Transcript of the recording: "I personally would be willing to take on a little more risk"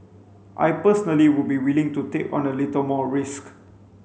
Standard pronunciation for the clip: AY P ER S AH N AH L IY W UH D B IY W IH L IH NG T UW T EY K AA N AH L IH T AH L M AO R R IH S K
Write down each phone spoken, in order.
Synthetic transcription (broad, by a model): AY P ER S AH N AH L IY W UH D B IY W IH L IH NG T UW T EY K AA N AH L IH T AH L M AO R R IH S K